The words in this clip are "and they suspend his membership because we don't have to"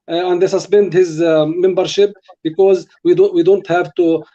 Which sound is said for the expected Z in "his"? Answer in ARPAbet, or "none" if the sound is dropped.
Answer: Z